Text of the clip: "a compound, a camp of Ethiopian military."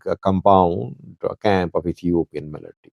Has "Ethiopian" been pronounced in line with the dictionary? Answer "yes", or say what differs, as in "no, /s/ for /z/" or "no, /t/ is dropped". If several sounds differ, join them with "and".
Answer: no, /s/ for /θ/